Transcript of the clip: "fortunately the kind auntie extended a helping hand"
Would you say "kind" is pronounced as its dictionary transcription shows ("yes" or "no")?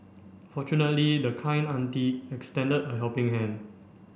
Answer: no